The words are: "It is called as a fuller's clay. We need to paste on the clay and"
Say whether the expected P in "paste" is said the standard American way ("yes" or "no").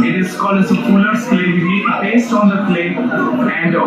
no